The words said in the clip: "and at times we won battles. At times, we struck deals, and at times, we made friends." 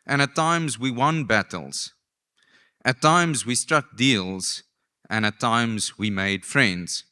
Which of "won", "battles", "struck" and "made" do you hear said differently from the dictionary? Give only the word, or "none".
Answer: none